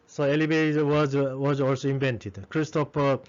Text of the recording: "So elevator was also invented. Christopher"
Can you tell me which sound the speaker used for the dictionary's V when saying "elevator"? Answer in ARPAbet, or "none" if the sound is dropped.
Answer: B